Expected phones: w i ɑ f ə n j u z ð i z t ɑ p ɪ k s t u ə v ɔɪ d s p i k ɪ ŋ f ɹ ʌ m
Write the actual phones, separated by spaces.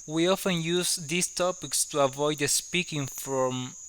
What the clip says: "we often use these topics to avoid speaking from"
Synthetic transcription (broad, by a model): w i ɑ f ə n j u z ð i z t ɑ p ɪ k s t u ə v ɔɪ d s p i k ɪ ŋ f ɹ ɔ m